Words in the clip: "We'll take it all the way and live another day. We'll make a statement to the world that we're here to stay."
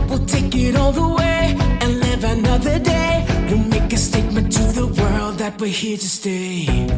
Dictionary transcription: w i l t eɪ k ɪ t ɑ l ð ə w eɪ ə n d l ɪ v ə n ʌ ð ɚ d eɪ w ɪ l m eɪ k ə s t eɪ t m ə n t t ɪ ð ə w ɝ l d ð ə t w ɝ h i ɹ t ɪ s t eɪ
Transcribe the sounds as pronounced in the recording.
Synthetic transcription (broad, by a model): w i l t eɪ k ɪ t ɑ l ð ə w eɪ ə n l ɪ v ə n ʌ ð ɚ d eɪ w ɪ n m eɪ k ə s t eɪ t m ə n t t ɪ ð ə w ɝ l d ð ə t w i h i ɹ t ɪ s t eɪ